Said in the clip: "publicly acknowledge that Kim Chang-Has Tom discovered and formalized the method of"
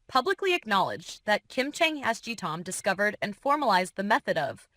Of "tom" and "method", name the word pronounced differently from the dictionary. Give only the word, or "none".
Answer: none